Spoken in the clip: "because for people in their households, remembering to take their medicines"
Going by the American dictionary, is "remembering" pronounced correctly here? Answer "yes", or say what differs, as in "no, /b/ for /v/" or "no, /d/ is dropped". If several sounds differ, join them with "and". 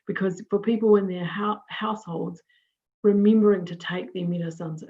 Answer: no, /w/ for /ɹ/